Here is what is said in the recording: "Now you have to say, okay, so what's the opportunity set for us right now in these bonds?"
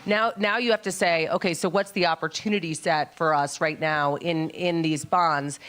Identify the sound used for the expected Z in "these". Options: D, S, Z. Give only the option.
Z